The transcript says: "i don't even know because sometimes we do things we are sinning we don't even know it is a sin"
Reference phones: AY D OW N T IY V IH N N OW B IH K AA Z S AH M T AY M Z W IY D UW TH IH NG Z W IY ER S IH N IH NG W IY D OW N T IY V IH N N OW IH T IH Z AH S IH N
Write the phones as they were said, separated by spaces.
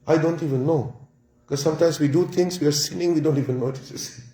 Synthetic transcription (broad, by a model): AY D OW N T IY V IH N N OW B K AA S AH M T AY M S W IY D UW T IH NG S W IY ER S IH N IH NG W IY D OW N T IY V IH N N OW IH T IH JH AH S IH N